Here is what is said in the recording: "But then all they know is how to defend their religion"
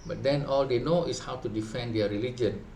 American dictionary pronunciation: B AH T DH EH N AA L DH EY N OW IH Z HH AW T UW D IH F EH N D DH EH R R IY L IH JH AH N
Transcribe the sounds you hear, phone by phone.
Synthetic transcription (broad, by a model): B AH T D EH N AA L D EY N OW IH S HH AW T UW D IH F EH N D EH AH R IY L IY JH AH N